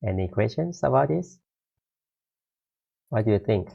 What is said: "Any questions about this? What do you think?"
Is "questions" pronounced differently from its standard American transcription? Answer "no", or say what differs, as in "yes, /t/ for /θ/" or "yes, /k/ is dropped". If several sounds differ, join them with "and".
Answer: yes, /s/ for /z/